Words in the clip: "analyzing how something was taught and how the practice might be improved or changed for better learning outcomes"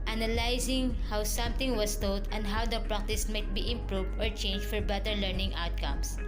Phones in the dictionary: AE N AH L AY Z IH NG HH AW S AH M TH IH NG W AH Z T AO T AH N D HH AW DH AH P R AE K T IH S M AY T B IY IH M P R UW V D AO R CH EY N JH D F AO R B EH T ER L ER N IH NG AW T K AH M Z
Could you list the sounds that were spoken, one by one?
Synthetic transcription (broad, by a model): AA N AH L AY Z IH NG HH AW S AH M T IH NG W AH S T AO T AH N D HH AW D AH P R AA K T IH S M AY T B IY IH M P R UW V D AO R CH EY N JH F AO R B EH T ER L ER N IH NG AW T K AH M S